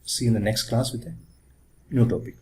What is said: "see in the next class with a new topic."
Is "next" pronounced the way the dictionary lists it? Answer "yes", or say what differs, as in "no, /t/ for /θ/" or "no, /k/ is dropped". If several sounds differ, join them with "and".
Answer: yes